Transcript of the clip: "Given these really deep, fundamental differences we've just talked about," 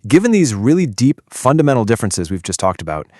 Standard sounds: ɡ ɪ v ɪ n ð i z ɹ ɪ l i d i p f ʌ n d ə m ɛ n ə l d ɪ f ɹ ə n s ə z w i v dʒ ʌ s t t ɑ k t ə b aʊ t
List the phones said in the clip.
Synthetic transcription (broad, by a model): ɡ ɪ v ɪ n ð i z ɹ ɪ l i d i p f ʌ n d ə m ɛ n l d ɪ f ɹ ə n s ə z w i v dʒ ʌ s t t ɑ k t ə b aʊ t